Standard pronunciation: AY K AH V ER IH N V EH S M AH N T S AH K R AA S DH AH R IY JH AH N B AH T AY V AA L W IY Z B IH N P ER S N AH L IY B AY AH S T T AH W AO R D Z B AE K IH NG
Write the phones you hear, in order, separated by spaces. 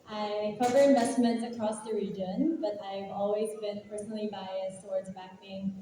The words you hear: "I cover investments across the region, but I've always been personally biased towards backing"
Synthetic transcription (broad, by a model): AY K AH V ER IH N V EH S M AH N T S AH K R AA S DH AH R IY JH AH N B AH T AY V AA L W IY Z B IH N P ER S N L IY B AY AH S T T AH W AO R D Z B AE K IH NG